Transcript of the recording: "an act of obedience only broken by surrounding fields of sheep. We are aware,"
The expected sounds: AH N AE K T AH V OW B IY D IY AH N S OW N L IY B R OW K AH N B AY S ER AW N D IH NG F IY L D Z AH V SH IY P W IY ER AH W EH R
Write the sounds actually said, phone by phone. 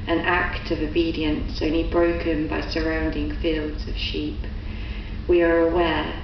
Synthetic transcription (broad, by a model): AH N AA K T AH V OW B IY D IY AH N S OW N L IY B R OW K AH N B AY S ER AW N D IH NG F IY L D Z AH V SH IY P W IY ER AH W EH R